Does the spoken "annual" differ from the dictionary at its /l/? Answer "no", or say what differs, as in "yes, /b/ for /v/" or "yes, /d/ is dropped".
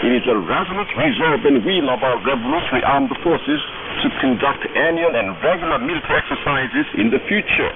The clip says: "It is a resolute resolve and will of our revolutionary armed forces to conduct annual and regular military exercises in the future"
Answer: yes, /n/ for /l/